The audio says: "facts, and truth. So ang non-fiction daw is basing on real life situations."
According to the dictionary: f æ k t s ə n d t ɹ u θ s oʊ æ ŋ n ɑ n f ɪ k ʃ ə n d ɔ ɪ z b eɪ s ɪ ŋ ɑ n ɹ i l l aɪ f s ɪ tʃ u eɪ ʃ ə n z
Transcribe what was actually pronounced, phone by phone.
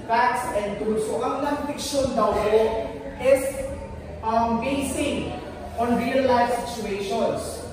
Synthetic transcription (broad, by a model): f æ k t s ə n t u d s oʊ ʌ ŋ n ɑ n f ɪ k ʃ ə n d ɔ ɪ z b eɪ s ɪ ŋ ɑ n ɹ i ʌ l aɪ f s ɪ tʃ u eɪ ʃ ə n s